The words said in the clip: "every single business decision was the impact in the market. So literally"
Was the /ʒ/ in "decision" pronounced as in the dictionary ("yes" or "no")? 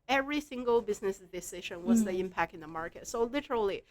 no